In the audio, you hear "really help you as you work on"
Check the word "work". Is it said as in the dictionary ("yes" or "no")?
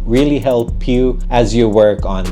yes